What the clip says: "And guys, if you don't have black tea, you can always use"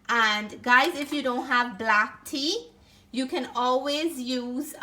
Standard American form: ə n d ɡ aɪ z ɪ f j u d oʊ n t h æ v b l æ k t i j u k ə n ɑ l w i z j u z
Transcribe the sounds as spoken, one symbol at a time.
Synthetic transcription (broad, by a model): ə n ɡ aɪ z ɪ f j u d oʊ n t h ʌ v b l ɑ k t i j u k ə n ɑ l w i z j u z